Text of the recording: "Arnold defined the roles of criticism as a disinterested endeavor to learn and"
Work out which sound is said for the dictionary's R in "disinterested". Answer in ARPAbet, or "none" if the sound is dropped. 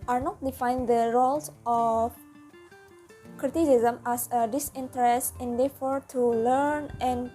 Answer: none